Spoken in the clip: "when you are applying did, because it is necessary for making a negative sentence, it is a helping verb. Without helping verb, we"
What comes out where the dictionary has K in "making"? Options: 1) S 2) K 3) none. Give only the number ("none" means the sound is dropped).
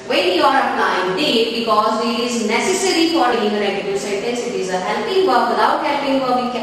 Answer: 3